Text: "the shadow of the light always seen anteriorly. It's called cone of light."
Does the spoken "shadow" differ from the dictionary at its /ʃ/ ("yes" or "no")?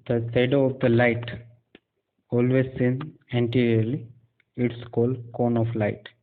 yes